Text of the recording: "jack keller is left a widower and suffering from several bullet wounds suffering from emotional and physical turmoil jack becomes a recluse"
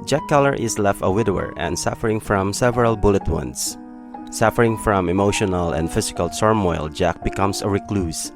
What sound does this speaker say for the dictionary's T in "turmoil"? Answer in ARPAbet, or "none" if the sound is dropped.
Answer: S